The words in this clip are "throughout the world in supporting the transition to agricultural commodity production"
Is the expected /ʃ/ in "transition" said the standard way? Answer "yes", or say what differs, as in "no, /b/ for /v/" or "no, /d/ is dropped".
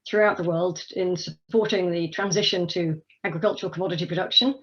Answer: yes